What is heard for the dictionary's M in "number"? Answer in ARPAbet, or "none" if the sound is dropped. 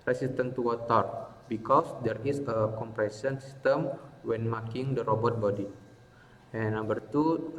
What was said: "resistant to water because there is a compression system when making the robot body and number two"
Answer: none